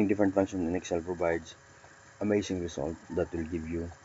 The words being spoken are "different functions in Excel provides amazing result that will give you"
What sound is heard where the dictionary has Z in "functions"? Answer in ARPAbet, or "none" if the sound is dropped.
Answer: none